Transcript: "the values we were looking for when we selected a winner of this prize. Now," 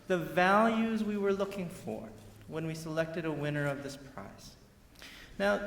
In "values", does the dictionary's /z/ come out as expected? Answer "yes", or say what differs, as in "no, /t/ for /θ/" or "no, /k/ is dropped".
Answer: yes